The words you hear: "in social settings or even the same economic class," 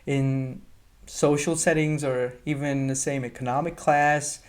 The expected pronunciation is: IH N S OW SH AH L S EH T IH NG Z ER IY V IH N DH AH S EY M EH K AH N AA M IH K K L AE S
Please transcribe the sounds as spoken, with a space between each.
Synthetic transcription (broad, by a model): IH N S OW SH L S EH T IH NG Z ER IY V IH N DH AH S EY M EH K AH N AA M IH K K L AE S